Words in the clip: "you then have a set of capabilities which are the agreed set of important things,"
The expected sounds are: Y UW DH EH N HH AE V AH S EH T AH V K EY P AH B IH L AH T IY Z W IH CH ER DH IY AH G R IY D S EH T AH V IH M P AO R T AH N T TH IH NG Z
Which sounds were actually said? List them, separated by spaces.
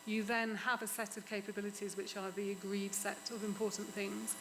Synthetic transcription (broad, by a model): Y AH DH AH N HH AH V AH S EH T AH V K EY P AH B IH L AH T IY Z W IH CH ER DH IY AH G R IY D S EH T AH V IH M P AO T N TH IH NG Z